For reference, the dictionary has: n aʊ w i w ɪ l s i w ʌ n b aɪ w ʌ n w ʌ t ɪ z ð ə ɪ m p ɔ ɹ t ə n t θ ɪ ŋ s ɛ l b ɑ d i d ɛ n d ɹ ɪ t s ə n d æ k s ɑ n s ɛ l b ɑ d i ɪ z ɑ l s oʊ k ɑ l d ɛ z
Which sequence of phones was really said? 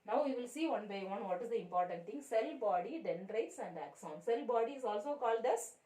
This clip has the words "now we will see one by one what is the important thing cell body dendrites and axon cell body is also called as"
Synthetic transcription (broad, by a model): n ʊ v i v ɪ l s i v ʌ n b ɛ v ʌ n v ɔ t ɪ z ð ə ɪ m p ɔ ɹ t ə n t t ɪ ŋ s ɛ l b ɑ d i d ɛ n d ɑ ɪ t s ə n d æ k s ɑ n s ɛ l b ɑ d i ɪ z ɑ l s oʊ k ɑ l d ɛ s